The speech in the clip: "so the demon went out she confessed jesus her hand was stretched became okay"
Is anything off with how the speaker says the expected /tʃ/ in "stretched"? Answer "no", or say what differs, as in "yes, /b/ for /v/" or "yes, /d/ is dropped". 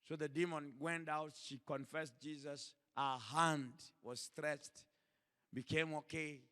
no